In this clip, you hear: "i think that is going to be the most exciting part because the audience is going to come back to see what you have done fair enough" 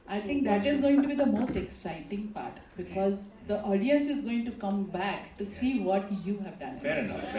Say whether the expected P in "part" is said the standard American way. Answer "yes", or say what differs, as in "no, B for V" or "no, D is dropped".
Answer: yes